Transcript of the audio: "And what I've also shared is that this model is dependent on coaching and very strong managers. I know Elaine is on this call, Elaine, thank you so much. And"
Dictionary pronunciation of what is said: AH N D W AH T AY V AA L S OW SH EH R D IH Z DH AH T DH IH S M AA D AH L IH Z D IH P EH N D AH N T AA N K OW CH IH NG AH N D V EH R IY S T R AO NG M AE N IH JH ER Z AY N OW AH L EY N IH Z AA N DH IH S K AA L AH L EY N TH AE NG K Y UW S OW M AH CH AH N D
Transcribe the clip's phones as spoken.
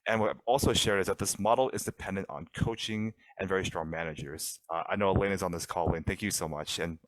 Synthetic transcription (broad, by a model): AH N W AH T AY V AA L S OW SH EH R D IH Z DH AH T DH IH S M AA D L IH Z D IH P EH N D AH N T N K OW CH IH NG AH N V EH R IY S T R AO NG M AE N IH JH ER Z AY N OW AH L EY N IH Z N DH IH S K AA L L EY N TH AE NG K Y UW S OW M AH CH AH N